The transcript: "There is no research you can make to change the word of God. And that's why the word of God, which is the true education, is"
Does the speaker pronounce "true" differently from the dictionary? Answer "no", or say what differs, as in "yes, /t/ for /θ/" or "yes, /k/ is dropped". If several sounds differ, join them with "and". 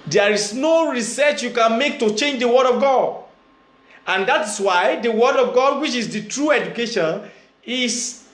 no